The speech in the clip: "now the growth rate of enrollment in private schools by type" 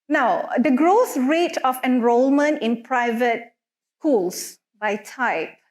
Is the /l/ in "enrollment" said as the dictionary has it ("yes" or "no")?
yes